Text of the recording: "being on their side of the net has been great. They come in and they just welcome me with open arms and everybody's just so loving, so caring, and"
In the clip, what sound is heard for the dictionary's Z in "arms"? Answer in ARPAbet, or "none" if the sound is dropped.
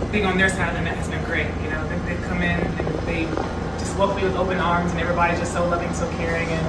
Z